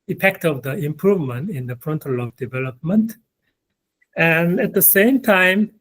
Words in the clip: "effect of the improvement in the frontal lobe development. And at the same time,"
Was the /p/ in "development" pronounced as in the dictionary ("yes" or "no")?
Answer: yes